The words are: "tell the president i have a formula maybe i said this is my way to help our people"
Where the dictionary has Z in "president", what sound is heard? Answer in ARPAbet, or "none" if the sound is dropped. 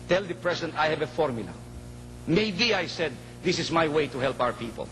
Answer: S